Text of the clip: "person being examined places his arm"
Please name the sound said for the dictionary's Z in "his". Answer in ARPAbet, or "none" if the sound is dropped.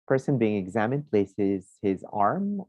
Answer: Z